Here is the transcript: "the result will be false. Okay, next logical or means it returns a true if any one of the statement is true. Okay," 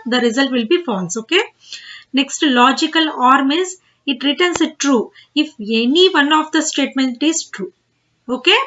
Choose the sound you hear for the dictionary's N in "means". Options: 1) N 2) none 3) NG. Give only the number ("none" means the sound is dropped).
2